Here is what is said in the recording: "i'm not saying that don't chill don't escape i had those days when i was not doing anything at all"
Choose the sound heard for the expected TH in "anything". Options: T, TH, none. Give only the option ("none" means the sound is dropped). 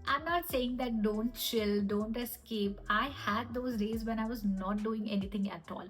T